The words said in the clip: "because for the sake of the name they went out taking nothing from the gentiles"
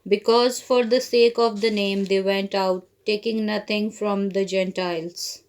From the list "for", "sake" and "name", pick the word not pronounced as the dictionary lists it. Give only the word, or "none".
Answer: none